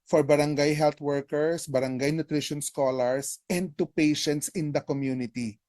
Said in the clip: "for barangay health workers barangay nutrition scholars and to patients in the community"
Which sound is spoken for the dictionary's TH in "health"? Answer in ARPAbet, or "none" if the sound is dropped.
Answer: T